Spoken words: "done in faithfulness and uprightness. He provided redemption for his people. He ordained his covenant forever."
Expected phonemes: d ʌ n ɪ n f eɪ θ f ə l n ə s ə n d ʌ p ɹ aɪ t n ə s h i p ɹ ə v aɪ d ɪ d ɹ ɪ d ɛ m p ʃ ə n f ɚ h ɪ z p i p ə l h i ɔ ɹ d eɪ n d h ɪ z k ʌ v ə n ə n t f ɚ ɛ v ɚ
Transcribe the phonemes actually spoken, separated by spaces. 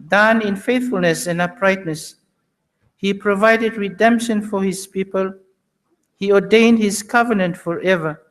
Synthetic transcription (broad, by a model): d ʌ n ɪ n f eɪ θ f ə l n ə s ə n ʌ p ɹ aɪ t n ə s h i p ɹ ə v aɪ d ɪ d ɹ ɪ d ɛ m p ʃ ə n f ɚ h ɪ z p i p ə l h i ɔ d eɪ n d h ɪ z k ʌ v ə n ə n t f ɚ ɛ v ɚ